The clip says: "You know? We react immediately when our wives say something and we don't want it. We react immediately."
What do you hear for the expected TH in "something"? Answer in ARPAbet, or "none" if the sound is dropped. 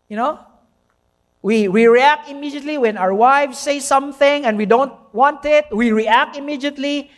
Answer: TH